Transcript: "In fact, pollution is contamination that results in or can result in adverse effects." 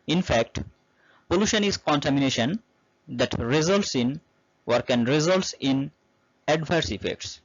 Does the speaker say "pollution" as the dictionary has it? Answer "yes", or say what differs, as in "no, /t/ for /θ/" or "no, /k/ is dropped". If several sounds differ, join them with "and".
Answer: yes